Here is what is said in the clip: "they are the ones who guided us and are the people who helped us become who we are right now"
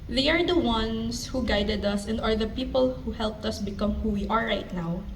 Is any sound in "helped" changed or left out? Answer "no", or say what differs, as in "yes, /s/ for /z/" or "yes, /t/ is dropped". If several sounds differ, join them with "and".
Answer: no